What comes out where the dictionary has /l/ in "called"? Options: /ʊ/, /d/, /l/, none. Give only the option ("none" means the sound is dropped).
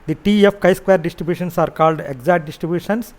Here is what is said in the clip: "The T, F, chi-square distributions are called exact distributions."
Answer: /l/